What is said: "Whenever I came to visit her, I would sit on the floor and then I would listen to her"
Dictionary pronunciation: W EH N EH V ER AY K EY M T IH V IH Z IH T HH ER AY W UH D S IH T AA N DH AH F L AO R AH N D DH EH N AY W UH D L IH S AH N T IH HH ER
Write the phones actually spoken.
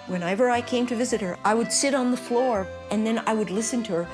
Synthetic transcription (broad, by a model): W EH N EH V ER AY K EY M T IH V IH Z IH T HH ER AY W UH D S IH T N DH AH F L AO R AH N DH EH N AY W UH D L IH S AH N T IH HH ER